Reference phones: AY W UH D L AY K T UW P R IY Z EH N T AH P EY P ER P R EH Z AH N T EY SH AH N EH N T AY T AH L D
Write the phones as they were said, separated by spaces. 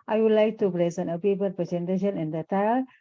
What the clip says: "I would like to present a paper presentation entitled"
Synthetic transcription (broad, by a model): AY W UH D L AY K T UW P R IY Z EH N AH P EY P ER P R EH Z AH N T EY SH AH N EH N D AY T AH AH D